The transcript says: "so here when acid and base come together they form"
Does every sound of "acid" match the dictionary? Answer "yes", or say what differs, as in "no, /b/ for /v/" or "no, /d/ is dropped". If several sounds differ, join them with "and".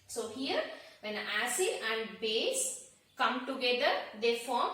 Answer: no, /d/ is dropped